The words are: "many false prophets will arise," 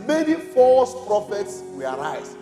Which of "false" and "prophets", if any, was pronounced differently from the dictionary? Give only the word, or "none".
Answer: false